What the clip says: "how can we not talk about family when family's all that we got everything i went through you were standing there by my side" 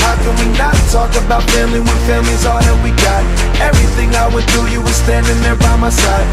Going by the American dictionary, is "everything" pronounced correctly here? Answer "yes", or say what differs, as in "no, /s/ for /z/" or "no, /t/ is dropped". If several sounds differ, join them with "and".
yes